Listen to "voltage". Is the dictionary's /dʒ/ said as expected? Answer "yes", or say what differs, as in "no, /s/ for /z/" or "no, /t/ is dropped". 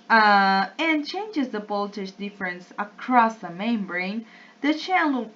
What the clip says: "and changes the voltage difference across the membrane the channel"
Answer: no, /ʃ/ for /dʒ/